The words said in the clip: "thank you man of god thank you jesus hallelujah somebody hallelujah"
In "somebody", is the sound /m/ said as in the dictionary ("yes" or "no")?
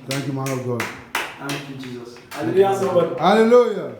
no